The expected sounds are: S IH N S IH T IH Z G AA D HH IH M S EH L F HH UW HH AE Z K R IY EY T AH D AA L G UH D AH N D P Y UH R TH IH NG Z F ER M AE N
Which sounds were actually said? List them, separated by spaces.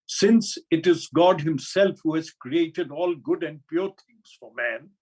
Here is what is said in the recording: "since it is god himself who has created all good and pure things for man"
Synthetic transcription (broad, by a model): S IH N S IH T IH Z G AA D HH IH M S EH L F HH UW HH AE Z K R IY EY T AH D AA L G UH D AH N D P Y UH R T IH NG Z F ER M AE N